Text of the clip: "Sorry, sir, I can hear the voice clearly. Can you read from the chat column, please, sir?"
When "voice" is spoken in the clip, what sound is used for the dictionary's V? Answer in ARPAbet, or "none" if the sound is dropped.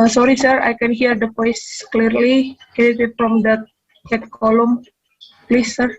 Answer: P